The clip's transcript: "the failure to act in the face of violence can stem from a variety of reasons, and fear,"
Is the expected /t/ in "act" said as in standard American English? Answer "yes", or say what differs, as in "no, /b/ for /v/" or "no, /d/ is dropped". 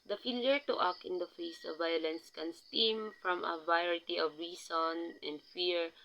no, /t/ is dropped